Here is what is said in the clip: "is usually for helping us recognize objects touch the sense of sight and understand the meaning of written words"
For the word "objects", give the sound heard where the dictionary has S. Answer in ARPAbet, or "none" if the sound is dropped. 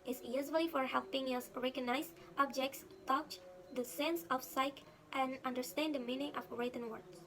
S